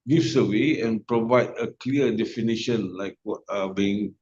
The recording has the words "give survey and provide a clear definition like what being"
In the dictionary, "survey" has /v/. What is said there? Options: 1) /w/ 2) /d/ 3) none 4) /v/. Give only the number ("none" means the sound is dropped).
1